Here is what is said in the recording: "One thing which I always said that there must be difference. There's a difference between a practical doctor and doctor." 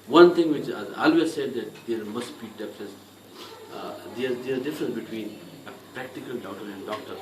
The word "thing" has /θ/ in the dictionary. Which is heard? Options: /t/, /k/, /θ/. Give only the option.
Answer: /t/